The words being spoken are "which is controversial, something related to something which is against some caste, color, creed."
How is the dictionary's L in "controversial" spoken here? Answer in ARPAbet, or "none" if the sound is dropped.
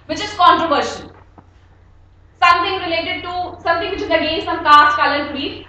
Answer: N